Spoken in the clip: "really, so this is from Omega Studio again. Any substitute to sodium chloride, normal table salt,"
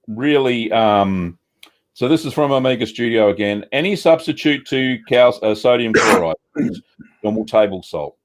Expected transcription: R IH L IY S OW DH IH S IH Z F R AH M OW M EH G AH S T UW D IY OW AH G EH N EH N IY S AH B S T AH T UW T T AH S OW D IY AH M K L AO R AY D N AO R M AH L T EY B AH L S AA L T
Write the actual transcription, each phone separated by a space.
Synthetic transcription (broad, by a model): R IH L IY S OW DH IH S IH Z F R AH M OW M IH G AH S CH UW D IY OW AH G EH N EH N IY S AH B S T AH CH UW T S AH S OW D IY AH M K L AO R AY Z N AO R M L T EY B AH L S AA L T